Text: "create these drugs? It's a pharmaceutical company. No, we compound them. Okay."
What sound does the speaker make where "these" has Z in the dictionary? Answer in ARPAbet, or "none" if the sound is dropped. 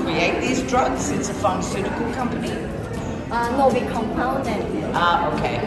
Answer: Z